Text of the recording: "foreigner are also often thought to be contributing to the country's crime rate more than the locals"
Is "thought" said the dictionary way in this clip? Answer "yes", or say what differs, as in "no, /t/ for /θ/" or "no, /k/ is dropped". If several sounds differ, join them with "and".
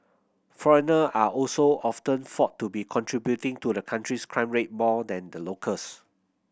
no, /f/ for /θ/